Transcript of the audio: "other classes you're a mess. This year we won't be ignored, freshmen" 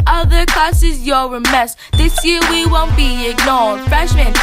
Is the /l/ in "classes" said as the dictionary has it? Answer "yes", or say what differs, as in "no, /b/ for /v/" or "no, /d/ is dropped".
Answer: no, /l/ is dropped